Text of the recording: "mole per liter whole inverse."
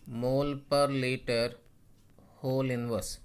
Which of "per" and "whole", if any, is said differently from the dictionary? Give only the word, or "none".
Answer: none